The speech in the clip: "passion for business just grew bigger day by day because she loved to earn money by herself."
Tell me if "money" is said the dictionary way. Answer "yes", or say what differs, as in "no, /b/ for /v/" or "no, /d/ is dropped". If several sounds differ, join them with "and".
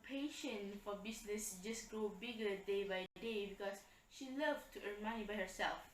no, /n/ is dropped